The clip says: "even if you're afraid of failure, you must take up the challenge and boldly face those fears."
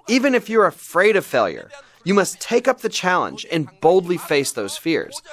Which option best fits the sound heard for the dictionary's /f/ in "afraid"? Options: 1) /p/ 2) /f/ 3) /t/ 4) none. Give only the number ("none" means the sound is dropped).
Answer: 2